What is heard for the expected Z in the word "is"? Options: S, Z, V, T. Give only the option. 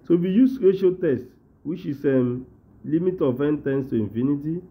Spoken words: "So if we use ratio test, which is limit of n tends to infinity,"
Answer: S